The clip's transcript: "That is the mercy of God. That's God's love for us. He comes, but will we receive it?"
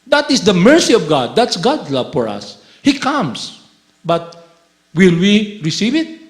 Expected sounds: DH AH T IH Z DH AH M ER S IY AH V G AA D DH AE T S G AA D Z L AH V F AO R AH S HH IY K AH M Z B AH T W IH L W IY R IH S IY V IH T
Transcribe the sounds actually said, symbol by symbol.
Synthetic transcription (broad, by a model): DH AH T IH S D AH M ER S IY AH V G AA D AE T S G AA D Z L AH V F AO R AH S HH IY K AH M S B AH T W IH L W IY R IH S IY V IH T